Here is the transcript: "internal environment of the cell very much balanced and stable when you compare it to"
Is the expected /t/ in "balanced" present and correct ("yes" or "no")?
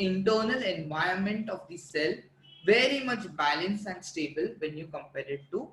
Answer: no